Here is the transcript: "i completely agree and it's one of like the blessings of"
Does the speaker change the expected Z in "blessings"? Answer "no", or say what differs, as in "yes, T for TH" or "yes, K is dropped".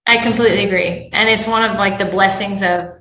no